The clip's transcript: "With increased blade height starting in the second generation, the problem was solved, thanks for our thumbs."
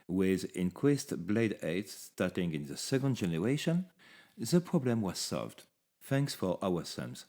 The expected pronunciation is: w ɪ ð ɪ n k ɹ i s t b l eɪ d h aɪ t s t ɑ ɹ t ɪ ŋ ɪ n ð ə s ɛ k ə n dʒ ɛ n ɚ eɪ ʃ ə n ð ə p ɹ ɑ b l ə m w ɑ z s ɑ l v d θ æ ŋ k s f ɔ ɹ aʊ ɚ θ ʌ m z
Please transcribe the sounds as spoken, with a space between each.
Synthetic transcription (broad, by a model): w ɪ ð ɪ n k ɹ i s t b l eɪ d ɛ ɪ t s t ɑ ɹ t ɪ ŋ ɪ n ð ə s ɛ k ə n dʒ ɛ n ɚ eɪ ʃ ə n ð ə p ɹ ɑ b l ə m w ɑ z s ɑ l v d θ æ ŋ k s f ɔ ɹ aʊ ɚ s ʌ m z